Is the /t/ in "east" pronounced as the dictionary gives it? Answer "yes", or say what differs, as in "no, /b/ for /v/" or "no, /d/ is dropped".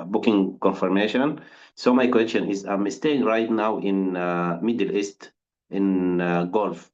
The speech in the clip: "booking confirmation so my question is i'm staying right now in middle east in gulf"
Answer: yes